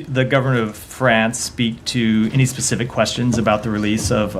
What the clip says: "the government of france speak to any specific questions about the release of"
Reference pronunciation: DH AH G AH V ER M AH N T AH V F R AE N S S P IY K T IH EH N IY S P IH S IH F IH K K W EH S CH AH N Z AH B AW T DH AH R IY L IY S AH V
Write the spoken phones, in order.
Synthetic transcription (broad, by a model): DH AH G AH V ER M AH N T AH V F R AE N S S P IY K T IH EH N IY S P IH S IH F IH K K W EH S CH AH N Z AH B AW T DH AH R IY L IY S AH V